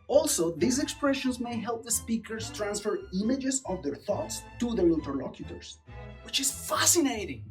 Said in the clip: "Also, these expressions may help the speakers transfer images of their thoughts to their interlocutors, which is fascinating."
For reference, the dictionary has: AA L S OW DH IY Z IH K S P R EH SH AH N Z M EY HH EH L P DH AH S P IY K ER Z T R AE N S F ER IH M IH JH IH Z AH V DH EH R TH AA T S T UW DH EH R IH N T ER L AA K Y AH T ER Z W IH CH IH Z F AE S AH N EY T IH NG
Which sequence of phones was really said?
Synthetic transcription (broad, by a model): AA L S OW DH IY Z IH K S P R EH SH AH N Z M EY HH EH L P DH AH S P IY K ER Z T R AE N S F ER IH M IH JH IH Z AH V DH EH R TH AA T S T UW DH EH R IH N T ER L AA K Y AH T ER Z W IH CH IH Z F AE S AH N EY T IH NG